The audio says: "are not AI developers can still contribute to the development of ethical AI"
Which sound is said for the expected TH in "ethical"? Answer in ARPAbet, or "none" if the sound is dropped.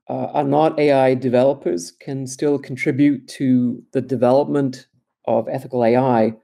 TH